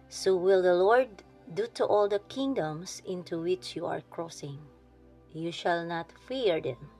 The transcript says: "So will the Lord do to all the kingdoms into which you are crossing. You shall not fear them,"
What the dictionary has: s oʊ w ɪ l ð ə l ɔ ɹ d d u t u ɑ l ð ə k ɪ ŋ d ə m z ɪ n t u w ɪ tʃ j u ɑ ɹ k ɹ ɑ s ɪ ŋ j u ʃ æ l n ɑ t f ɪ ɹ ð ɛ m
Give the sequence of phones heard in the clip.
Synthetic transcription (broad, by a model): s oʊ w ɪ l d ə l ɔ ɹ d d u t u ɑ l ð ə k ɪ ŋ d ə m s ɪ n t u w ɪ tʃ j u ɑ ɹ k ɹ ɑ s ɪ ŋ j u ʃ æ l n ɑ t f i ɹ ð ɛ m